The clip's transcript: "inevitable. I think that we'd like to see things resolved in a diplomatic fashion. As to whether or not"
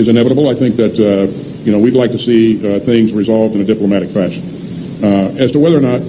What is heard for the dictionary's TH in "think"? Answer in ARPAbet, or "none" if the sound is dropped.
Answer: TH